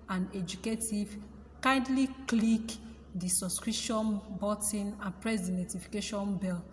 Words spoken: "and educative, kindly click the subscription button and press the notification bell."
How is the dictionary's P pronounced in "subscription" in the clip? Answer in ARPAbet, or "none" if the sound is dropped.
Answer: none